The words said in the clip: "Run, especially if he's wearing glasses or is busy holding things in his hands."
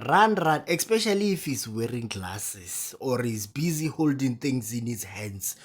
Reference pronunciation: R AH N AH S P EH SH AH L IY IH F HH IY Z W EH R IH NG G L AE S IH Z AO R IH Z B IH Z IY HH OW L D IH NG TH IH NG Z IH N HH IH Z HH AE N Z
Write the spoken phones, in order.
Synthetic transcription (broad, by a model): R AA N AH S P EH SH AH L IY F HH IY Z W EH R IH NG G L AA S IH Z AO R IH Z B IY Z IY HH OW L D IH NG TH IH NG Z IH N HH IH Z HH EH N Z